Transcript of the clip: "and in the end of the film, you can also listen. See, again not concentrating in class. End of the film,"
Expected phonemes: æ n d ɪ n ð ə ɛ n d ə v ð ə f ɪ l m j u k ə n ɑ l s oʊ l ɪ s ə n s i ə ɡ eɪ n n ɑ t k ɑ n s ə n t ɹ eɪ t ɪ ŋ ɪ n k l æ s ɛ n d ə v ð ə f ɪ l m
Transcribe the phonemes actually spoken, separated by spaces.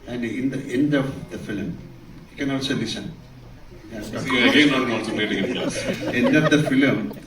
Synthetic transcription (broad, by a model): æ n d ɪ n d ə ɛ n d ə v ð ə f ɪ l m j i k ə n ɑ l s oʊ l ɪ s ə n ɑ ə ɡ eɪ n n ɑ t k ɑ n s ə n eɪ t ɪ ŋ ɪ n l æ ɛ n d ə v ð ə f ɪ l m